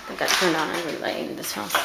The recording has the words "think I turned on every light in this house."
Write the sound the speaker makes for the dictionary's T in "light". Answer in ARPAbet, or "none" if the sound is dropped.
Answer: none